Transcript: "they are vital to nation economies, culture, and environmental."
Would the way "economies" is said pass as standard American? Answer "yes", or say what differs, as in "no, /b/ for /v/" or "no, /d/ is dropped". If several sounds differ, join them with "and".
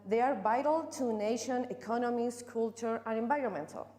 no, /s/ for /z/